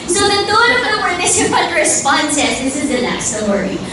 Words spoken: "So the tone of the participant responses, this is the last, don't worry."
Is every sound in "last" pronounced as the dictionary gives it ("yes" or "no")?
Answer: no